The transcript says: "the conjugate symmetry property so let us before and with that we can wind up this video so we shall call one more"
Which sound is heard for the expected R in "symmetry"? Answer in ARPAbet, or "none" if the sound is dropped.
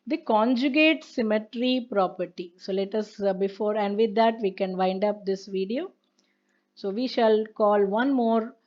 R